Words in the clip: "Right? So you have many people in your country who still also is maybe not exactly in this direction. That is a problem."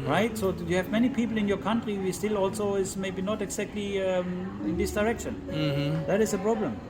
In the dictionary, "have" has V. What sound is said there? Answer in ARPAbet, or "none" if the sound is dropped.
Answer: V